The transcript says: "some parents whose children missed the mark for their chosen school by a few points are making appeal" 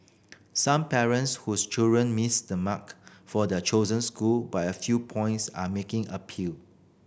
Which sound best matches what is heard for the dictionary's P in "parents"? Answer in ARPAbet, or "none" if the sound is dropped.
P